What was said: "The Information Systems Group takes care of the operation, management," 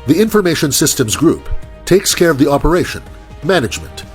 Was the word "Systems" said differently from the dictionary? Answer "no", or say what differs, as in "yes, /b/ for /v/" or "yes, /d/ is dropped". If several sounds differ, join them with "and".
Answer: no